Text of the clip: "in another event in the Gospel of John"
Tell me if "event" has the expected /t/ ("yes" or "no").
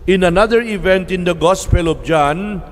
yes